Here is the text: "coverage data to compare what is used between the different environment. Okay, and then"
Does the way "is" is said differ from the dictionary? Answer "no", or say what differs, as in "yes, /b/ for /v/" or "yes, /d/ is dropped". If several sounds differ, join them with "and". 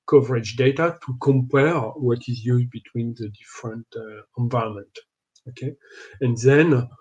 no